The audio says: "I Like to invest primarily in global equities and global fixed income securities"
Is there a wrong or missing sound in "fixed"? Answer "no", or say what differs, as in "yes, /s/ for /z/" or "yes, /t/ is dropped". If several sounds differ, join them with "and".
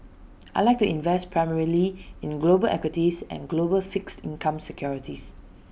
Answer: no